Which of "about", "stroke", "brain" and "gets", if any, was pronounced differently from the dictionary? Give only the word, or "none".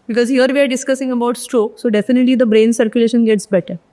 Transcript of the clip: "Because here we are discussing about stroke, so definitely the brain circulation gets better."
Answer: none